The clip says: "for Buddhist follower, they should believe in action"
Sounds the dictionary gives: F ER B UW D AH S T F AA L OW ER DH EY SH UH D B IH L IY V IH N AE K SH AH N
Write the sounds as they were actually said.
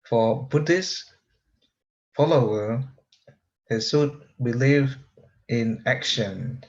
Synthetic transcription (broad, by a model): F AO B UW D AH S F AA L OW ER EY S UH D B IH L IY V IH N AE K SH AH N